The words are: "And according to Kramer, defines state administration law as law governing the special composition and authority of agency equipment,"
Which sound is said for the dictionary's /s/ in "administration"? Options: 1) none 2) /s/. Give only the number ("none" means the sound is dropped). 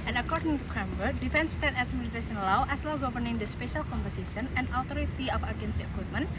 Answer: 1